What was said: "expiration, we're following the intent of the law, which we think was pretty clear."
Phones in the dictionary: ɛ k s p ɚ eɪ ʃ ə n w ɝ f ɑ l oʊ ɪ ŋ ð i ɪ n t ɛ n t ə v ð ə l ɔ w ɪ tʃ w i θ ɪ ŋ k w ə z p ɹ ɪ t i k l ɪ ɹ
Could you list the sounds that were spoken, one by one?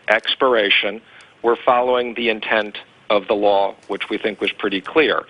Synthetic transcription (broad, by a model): ɛ k s p ɚ eɪ ʃ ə n w ɝ f ɑ l oʊ ɪ ŋ ð i ɪ n t ɛ n t ə v ð ə l ɔ w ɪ tʃ w i θ ɪ ŋ k w ə z p ɹ ɪ t i k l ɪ ɹ